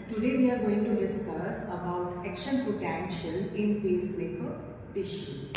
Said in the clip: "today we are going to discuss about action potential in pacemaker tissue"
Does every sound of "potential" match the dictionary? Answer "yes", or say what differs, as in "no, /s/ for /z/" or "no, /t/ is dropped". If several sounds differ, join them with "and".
no, /n/ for /l/